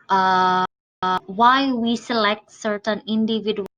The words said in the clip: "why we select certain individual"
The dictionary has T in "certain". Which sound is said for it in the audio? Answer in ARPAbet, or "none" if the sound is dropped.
T